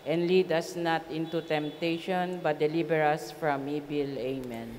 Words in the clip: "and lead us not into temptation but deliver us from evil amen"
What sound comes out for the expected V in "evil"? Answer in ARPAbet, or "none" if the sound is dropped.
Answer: B